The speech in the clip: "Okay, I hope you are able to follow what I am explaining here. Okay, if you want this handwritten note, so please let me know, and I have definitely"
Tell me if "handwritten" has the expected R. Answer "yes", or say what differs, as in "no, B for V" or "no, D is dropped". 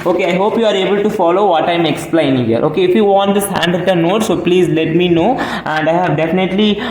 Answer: no, R is dropped